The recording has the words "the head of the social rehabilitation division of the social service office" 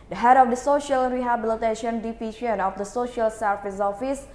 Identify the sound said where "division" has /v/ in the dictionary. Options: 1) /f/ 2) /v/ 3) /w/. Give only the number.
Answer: 1